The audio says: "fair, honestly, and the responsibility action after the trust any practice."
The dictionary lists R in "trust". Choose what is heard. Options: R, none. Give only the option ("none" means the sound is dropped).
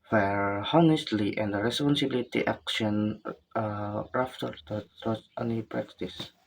none